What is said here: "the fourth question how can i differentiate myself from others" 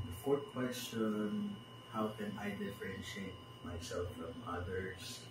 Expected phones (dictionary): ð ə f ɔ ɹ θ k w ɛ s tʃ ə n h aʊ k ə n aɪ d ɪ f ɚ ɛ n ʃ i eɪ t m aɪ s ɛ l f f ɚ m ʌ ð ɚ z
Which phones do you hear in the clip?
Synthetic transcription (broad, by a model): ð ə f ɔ ɹ t k w ɛ s tʃ ə n h aʊ k ə n aɪ d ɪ f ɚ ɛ n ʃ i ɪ t m aɪ s ɛ l f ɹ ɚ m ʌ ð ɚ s